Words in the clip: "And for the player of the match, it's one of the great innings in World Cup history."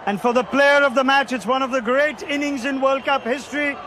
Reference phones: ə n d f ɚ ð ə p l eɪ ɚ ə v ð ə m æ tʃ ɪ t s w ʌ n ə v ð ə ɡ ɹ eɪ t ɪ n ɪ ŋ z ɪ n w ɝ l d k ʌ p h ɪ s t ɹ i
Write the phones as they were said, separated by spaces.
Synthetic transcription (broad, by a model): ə n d f ɚ ð ə p l eɪ ɚ ə v ð ə m æ tʃ ɪ t s w ʌ n ə v ð ə ɡ ɹ eɪ t ɪ n ɪ ŋ z ɪ n w ɝ l d k ʌ p h ɪ s t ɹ i